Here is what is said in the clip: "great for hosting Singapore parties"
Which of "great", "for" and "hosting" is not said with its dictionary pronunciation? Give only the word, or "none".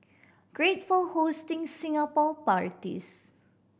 for